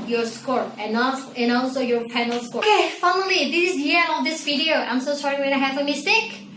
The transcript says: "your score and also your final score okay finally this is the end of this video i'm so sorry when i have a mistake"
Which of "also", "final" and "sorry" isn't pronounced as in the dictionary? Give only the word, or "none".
final